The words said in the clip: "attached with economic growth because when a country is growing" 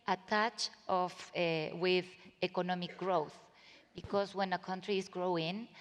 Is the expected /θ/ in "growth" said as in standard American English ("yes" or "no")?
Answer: yes